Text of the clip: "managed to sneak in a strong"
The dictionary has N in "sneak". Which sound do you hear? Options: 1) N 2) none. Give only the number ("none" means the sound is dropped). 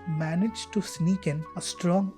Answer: 1